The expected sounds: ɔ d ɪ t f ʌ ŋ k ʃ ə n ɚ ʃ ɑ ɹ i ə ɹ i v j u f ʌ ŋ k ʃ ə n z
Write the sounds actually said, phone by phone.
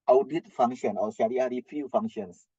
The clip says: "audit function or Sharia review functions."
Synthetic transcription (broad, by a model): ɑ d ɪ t f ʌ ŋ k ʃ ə n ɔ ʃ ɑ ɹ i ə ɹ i f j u f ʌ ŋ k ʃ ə n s